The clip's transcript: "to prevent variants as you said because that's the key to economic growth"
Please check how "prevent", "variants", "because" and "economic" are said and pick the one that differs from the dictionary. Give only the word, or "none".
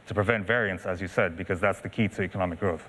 none